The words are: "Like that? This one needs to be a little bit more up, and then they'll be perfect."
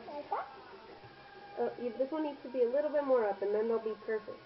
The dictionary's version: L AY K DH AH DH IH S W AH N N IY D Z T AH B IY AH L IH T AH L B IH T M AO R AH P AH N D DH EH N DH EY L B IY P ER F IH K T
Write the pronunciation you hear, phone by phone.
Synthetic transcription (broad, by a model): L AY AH DH IH S W AH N N IY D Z T AH B IY AH L IH T L B IH T M AO R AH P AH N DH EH N DH EY L B IY P ER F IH K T